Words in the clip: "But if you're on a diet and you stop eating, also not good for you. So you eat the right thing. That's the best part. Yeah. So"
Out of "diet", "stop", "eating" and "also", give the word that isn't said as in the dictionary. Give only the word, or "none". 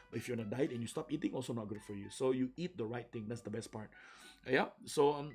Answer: none